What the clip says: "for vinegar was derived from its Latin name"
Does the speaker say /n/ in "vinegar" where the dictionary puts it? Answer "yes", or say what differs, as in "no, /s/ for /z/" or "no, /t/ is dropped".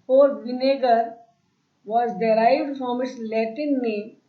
yes